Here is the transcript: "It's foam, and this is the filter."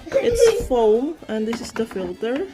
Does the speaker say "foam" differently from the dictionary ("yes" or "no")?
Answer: no